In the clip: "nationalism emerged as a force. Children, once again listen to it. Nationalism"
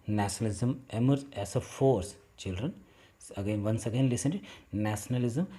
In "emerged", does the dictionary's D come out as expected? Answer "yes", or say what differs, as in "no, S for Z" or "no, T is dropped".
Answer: no, D is dropped